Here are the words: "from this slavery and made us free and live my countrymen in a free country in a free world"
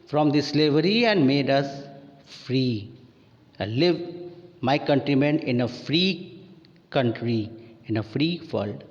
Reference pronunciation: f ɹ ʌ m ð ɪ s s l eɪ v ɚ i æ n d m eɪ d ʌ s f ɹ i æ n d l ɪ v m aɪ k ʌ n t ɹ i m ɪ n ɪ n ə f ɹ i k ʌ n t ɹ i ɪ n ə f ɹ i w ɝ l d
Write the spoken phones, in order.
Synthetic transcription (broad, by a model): f ɹ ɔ m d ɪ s s l eɪ v ɚ i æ n d m eɪ d ʌ s f ɹ i l ɪ v m aɪ k ʌ n t ɹ i m ɪ n ɪ n ə f ɹ i k ʌ n t ɹ i ɪ n ə f ɹ i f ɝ l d